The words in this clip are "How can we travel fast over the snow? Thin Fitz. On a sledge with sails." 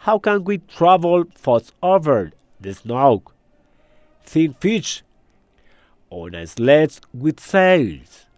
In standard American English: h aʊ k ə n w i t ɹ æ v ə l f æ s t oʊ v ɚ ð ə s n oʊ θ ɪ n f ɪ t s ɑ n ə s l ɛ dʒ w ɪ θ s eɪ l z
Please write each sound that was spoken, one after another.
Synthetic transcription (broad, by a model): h aʊ k ə n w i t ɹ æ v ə l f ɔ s oʊ v ɚ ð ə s n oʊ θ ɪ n f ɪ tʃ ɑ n ə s l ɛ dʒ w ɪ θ s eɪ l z